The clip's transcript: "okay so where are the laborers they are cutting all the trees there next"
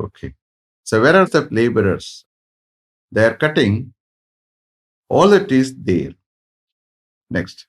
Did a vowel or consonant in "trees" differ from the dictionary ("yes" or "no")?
yes